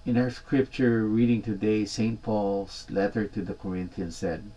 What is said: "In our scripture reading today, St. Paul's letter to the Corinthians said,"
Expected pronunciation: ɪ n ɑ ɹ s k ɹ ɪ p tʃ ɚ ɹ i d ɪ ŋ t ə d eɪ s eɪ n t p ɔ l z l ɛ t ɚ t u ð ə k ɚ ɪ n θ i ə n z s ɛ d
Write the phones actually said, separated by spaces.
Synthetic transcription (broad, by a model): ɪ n ɑ ɹ s k ɹ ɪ p tʃ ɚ ɹ i d ɪ ŋ t ə d eɪ s eɪ n t p ɔ l s l ɛ t ɚ t u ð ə k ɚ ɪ n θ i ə n s ɛ d